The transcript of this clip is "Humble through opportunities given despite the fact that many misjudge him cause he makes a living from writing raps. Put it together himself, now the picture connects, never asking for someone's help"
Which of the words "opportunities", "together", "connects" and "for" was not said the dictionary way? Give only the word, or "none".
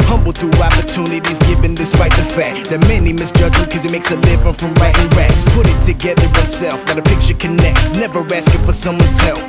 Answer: none